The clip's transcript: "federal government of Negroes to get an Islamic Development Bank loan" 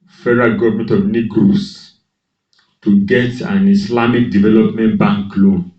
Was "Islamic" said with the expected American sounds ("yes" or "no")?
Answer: no